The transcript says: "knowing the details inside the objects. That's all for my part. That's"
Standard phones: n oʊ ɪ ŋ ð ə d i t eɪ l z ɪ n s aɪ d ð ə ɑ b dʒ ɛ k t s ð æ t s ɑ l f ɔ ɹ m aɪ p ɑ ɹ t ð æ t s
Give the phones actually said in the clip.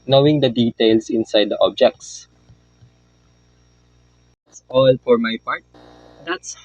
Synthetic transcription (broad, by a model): n oʊ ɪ ŋ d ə d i t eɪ l s ɪ n s aɪ d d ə ɑ b dʒ ɛ k t s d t s ɑ l f ɔ ɹ m aɪ p ɑ ɹ t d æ t s